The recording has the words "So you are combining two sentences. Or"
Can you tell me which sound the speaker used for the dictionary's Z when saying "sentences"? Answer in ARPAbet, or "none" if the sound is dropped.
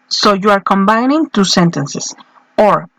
S